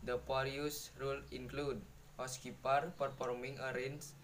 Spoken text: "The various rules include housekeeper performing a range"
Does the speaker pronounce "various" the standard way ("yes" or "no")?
no